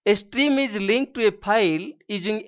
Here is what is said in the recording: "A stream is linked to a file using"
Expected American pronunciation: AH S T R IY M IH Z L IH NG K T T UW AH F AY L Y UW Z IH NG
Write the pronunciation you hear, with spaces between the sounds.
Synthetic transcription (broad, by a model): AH S T R IY M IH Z L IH NG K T T UW AH P AY L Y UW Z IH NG